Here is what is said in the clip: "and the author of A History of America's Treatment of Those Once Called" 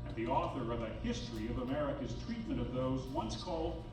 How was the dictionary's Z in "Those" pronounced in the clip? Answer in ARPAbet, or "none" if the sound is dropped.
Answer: Z